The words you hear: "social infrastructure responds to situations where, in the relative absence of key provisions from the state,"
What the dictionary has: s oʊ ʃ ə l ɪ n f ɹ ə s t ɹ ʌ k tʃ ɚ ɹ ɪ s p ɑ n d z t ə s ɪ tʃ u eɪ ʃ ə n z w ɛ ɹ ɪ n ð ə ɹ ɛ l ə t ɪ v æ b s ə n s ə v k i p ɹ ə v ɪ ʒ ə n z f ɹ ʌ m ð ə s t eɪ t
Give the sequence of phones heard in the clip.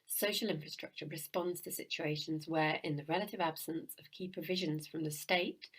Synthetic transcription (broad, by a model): s oʊ ʃ ə l ɪ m f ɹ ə s t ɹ ʌ k tʃ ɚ ɹ ɪ s p ɑ n d z t ə s ɪ tʃ u eɪ ʃ ə n z w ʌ ɹ ɪ n ð ə ɹ ɛ l ə t ɪ v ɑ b s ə n s ə v k i p ɹ ə v ɪ ʒ ə n z f ɹ ʌ m ð ə s t eɪ t